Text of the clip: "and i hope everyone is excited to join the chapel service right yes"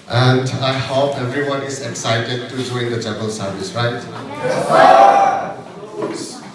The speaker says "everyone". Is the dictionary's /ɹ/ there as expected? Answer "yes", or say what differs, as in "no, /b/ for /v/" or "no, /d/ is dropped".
yes